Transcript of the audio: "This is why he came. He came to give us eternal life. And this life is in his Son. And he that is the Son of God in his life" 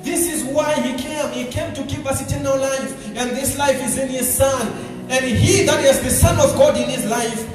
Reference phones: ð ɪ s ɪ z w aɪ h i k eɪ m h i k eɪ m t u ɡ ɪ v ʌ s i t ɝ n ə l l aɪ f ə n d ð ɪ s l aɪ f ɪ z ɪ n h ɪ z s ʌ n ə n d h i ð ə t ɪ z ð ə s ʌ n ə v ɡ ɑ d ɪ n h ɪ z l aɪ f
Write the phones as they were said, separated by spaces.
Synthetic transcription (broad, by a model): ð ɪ s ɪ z w aɪ h i k eɪ m h i k eɪ m t u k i p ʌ s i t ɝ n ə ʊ l aɪ f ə n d ð ɪ s l aɪ f ɪ z ɪ n h ɪ z s ʌ n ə n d h i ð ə t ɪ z ð ə s ʌ n ə v ɡ ɑ d ɪ n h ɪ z l aɪ f